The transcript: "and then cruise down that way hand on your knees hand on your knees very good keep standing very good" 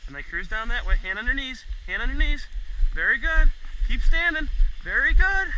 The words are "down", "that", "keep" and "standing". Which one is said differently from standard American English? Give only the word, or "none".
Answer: none